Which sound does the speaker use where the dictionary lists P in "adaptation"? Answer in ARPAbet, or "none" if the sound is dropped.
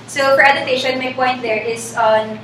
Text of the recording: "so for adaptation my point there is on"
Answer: none